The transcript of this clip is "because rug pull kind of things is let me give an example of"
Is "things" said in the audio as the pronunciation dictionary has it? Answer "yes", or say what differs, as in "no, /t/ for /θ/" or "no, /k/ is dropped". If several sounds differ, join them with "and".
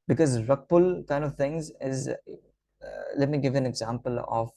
no, /t/ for /θ/